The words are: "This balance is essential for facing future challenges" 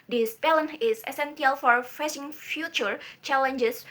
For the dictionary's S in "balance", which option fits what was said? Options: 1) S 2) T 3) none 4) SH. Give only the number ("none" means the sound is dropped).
3